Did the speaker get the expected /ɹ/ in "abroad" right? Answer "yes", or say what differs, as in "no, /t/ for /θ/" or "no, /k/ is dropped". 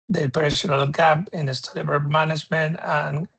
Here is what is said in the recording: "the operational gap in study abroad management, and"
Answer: no, /ɹ/ is dropped